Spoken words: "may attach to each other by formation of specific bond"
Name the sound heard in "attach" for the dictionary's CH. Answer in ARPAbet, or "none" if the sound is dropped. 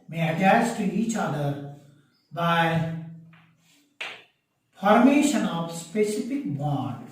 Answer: S